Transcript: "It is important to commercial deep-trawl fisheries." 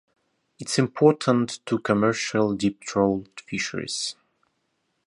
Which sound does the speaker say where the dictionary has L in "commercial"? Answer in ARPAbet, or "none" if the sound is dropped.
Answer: L